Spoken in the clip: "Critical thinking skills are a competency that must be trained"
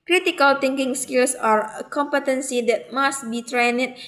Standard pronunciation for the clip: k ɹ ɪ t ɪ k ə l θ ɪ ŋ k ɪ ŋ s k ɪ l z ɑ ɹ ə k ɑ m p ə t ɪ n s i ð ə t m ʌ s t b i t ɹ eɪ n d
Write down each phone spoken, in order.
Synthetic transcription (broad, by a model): k ɹ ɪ t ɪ k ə l t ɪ ŋ k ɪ ŋ s k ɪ l s ɑ ɹ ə k ɑ m p ə t ɪ n s i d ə t m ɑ s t b i t ɹ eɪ n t